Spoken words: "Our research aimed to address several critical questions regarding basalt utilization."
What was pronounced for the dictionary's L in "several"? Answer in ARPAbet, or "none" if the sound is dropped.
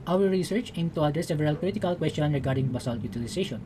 L